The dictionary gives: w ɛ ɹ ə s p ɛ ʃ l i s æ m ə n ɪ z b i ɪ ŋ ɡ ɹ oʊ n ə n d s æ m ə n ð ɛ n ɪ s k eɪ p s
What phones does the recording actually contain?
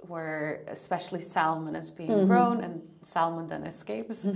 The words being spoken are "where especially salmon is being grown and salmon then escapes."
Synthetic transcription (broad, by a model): w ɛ ɹ ə s p ɛ ʃ l i s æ m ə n ɪ z b i ɪ ŋ ɡ ɹ oʊ n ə n s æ m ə n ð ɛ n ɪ s k eɪ p s